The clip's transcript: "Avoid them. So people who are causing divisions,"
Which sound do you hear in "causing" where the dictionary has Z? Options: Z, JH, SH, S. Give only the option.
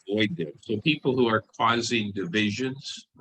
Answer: Z